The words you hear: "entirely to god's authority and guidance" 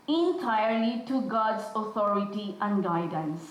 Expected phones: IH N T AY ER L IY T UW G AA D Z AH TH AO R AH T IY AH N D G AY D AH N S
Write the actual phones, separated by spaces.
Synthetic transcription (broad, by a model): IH N T AY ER L IY T UW G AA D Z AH T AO R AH T IY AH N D G AY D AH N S